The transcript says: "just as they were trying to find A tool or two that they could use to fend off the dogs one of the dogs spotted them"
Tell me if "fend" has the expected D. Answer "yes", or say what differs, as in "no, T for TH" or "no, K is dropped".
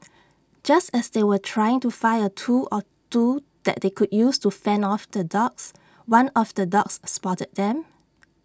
no, D is dropped